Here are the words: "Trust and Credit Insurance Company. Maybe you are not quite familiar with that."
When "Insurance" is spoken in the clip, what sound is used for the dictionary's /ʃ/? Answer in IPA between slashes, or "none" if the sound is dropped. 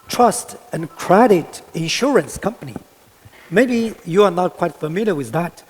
/ʃ/